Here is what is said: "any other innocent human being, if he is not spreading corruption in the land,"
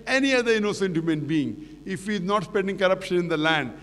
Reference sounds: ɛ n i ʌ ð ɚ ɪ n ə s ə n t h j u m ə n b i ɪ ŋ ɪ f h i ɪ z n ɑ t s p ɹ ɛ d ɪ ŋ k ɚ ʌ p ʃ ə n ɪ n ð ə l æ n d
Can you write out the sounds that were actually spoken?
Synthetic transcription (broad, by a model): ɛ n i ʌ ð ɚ ɪ n ə s ə n t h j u m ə n b i ɪ ŋ ɪ f h i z n ɑ t s p ɛ d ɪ ŋ k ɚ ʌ p ʃ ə n ɪ n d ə l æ n d